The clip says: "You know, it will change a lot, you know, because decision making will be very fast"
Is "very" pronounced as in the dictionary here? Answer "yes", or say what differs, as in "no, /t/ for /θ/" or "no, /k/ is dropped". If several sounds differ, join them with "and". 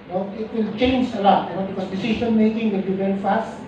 no, /b/ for /v/